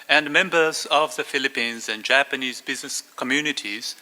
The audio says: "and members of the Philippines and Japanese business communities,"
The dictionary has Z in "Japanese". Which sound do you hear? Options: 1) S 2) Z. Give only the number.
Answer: 2